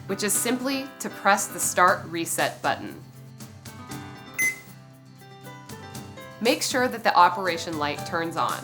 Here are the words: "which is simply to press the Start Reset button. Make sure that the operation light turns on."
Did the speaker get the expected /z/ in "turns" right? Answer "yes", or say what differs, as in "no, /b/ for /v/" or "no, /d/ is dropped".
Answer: yes